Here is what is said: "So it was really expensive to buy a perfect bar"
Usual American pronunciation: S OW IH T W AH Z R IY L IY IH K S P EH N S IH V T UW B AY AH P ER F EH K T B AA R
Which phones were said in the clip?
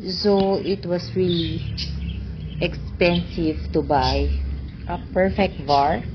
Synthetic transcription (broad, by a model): S OW IH T W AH S R IY L IY IH K S P EH N S IH V T UW B AY AH P ER F EH K T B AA R